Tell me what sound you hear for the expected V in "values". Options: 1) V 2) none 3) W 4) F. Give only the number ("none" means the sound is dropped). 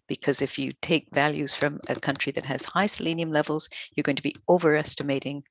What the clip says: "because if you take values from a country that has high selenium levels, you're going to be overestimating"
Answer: 1